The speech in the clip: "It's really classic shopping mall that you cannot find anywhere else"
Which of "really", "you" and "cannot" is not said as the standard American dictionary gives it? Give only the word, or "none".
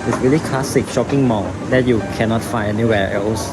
none